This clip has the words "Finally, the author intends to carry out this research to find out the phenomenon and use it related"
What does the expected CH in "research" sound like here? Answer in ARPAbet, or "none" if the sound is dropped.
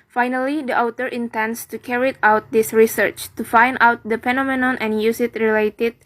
CH